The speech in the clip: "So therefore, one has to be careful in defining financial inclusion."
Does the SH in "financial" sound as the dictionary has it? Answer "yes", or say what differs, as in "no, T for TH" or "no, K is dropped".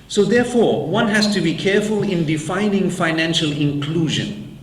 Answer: yes